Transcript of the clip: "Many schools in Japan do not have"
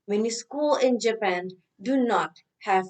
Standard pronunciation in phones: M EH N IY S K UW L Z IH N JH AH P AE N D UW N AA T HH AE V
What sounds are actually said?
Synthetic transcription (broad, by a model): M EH N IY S K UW L IH N JH AH P AE N D UW N AA T HH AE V